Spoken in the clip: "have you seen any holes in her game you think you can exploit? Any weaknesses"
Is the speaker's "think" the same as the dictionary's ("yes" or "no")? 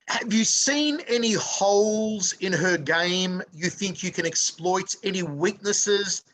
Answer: yes